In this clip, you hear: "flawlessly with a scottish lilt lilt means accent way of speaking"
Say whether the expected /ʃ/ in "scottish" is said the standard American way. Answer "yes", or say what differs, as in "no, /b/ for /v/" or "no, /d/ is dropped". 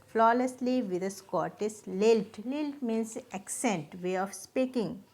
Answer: no, /s/ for /ʃ/